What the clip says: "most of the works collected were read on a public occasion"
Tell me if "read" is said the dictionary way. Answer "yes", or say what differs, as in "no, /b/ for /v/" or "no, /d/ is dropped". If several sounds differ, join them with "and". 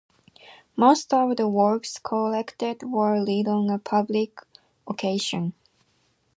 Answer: no, /l/ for /ɹ/